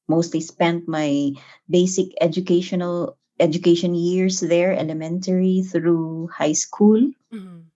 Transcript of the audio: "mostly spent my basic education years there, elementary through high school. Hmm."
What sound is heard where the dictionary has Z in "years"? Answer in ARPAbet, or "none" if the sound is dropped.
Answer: S